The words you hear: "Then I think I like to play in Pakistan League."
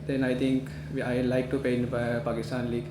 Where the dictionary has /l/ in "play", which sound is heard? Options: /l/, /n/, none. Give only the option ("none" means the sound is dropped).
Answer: none